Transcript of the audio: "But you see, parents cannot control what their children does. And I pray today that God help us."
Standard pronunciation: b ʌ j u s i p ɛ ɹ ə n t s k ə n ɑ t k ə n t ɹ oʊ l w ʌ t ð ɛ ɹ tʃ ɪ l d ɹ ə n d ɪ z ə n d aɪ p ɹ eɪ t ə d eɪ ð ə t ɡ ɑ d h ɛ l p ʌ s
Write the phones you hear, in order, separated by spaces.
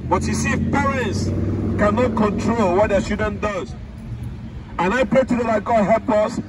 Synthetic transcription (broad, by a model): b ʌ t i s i p ɛ ɹ ə n t s k ə n ɑ t k ə n t ɹ oʊ l w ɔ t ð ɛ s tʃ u d ə n d ɪ z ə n aɪ p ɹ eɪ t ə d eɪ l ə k ɡ ɑ d h ɛ l p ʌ s